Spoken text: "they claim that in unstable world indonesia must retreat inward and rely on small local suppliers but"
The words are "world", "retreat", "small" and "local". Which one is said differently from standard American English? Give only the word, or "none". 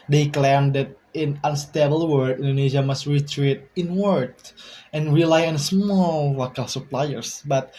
world